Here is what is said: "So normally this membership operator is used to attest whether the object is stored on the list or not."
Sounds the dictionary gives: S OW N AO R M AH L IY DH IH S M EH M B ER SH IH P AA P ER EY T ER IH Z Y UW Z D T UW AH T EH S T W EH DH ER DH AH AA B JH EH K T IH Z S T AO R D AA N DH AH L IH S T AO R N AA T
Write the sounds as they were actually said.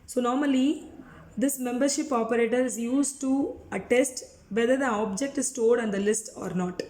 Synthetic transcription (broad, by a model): S OW N AO R M AH L IY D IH S M EH M B ER SH IH P AA P ER EY T ER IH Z Y UW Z T UW AH T EH S T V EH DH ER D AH AA B JH EH K T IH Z S T AO L D AA N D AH L IH S T AO R N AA T